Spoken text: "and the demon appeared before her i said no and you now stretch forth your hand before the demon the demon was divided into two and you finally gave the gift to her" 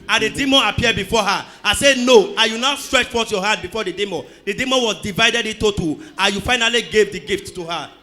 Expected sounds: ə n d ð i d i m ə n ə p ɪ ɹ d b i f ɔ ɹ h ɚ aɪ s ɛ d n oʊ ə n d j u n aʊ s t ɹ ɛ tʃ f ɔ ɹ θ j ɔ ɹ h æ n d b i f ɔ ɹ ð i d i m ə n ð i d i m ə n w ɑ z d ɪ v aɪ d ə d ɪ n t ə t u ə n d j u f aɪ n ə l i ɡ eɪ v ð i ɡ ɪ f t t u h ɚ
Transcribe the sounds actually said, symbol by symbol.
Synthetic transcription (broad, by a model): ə n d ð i d i m ə n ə p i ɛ d b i f ɔ h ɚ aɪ s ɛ n oʊ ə j u n aʊ s t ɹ ɛ tʃ f ɔ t j ɔ h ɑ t b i f ɔ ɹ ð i d i m ə n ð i d i m ə n w ɑ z d ɪ v aɪ d ə d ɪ t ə t u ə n j u f aɪ n ə l i ɡ eɪ v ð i ɡ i f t t u h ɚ